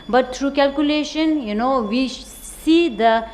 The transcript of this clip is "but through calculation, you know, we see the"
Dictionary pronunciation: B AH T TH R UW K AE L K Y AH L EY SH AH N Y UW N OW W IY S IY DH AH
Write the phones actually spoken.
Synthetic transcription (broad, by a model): B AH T T R UW K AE L K Y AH L EY SH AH N Y UW N OW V IY S IY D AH